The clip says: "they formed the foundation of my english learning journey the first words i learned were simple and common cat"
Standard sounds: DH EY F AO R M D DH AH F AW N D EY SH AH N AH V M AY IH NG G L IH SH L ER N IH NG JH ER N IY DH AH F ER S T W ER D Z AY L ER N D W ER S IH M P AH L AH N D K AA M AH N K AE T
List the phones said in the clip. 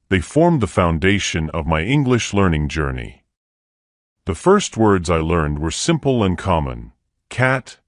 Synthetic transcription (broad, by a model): DH EY F AO R M DH AH F AW N D EY SH AH N AH V M AY IH NG G L IH SH L ER N IH NG JH ER N IY DH AH F ER S T W ER D Z AY L ER N D W ER S IH M P L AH N K AA M AH N K AE T